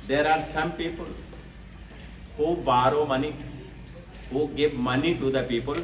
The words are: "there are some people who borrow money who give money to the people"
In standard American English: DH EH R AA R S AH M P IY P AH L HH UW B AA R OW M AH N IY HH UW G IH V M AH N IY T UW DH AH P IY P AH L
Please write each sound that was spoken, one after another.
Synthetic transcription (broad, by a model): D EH R AA R S AH M P IY P AH L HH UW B AA R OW M AH N IY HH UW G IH P M AH N IY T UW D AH P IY P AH L